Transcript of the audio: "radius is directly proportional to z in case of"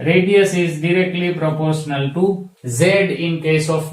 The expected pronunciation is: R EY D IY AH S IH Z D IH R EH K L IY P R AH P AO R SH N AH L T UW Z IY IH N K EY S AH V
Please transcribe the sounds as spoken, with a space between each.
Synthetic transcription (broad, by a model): R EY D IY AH S IH Z D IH R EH K L IY P R AH P AO R SH N AH L T UW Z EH IH N K EY S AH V